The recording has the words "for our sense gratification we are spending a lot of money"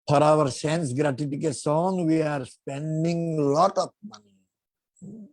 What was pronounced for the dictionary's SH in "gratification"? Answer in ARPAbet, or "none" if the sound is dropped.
S